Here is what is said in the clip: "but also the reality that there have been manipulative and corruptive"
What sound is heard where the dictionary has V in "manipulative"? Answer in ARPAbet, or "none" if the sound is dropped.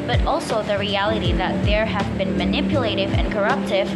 V